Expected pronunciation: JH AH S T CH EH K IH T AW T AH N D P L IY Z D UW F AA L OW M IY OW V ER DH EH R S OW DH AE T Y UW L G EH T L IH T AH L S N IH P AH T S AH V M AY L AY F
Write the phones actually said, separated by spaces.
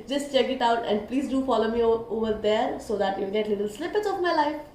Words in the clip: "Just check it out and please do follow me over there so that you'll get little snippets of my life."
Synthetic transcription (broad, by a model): JH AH S T CH EH K IH T AW T AH N D P L IY Z D UW F AA L OW M IY OW V ER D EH R S OW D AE T Y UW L G EH T L IH T AH L S L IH P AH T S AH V M AY L AY F